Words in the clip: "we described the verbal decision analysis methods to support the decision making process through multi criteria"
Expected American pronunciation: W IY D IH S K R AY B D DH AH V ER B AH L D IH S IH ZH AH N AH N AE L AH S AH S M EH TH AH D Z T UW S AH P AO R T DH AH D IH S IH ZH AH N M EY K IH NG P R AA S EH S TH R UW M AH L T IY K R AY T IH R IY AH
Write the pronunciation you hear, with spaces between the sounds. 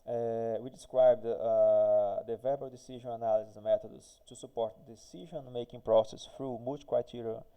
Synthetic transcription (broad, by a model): W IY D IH S K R AY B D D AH V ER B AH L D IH S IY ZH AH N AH N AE L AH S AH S M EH T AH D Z T UW S AH P AO R T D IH S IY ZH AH N M EY K IH NG P R AA S EH S F R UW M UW T K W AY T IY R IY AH